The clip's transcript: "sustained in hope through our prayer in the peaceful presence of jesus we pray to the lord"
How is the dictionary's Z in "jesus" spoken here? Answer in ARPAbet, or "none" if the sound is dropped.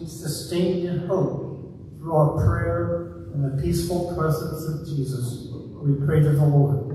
Z